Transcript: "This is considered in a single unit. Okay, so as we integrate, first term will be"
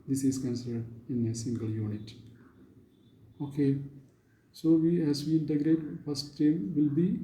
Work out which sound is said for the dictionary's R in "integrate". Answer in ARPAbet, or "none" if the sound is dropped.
R